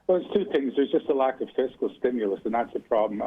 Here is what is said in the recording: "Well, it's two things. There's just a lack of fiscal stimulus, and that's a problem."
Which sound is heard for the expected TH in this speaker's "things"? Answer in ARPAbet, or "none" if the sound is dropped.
TH